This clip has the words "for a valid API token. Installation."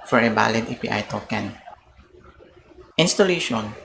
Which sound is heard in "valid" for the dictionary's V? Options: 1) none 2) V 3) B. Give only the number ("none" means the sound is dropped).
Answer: 3